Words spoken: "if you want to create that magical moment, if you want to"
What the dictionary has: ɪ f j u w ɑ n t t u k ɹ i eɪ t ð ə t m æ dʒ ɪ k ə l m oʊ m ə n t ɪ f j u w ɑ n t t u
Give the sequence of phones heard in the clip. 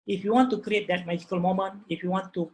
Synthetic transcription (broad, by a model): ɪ f j u w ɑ n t t u k ɹ i eɪ t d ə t m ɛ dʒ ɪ k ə l m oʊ m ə n ɪ f j u w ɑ n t t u